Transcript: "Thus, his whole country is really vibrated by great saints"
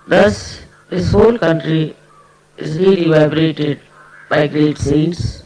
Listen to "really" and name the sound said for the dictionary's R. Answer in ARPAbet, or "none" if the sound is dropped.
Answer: R